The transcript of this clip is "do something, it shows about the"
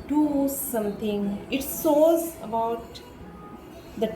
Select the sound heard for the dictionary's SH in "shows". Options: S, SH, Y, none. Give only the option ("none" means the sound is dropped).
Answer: S